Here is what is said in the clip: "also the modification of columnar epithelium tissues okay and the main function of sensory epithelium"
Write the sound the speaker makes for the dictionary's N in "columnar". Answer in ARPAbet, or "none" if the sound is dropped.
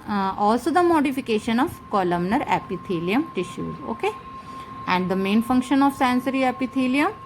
N